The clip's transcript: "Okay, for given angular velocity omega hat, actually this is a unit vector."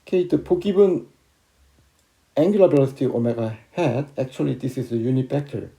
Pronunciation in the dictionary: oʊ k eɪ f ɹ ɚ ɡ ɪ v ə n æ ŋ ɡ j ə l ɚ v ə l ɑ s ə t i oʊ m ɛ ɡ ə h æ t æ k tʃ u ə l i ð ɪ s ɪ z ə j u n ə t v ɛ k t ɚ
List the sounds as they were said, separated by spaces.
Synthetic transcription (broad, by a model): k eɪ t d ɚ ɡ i b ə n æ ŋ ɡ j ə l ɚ b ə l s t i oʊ m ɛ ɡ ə h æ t æ k tʃ u ə l i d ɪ s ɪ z ə j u n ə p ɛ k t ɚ